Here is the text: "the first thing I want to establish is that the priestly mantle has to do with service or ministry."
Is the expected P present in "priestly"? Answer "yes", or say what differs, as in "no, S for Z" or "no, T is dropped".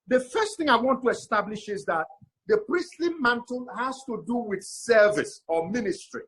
yes